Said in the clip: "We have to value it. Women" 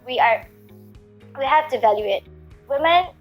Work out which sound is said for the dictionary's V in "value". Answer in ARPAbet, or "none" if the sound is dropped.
V